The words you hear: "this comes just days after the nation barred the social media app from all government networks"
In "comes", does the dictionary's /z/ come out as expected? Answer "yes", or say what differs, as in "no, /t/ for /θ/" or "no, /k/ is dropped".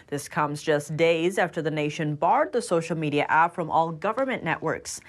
yes